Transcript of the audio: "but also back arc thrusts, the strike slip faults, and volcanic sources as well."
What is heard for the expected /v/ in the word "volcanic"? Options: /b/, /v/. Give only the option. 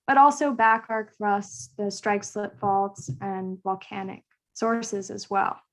/v/